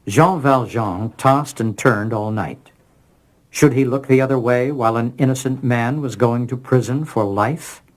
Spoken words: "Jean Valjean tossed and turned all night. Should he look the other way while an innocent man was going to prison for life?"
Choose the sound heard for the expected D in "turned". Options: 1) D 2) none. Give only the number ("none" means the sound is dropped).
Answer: 1